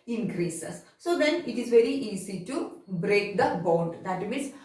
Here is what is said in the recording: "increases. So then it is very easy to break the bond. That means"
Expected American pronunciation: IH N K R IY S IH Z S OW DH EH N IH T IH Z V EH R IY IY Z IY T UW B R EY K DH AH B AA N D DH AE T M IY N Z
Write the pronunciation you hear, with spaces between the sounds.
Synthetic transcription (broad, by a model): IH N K R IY S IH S S OW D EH N IH T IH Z V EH R IY IY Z IY T UW B R EY K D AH B AA N D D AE T M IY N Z